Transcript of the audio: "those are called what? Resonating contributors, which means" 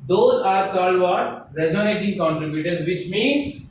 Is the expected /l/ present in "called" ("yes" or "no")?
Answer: no